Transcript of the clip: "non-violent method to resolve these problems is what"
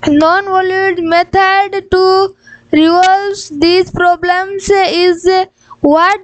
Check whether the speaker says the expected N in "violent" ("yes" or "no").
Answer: no